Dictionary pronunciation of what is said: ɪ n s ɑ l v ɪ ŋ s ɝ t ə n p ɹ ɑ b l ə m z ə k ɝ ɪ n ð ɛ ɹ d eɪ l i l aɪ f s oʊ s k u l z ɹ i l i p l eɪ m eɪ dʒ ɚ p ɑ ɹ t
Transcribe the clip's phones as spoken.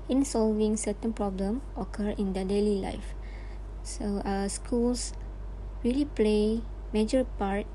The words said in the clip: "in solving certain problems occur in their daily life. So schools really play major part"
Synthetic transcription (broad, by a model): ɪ n s ɑ l v ɪ ŋ s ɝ t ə n p ɹ ɑ b l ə m ə k ɝ ɪ n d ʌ d eɪ l i l aɪ f s oʊ s k u l s ɹ i l i p l eɪ m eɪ dʒ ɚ p ɑ ɹ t